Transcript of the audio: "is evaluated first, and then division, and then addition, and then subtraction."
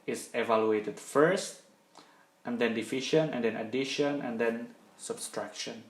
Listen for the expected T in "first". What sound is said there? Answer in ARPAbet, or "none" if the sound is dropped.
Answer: T